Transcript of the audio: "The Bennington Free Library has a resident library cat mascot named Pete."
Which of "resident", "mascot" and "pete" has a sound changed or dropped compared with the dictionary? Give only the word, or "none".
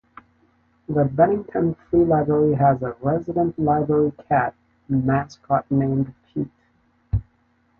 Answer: none